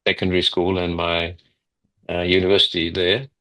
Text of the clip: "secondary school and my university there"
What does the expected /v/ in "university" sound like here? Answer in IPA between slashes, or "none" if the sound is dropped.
/v/